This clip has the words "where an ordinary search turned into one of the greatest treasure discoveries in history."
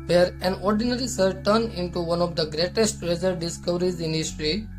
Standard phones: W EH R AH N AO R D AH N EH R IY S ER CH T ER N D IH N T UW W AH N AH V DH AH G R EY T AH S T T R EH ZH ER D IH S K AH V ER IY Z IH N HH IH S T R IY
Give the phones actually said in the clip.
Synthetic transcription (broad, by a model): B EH R AH N AO R D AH N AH R IY S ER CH T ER N IH N T UW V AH N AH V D AH G R EY T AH S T T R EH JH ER D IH S K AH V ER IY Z IH N HH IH S T R IY